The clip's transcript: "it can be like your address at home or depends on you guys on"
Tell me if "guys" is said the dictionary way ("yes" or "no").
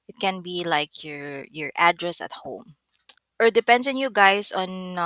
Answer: no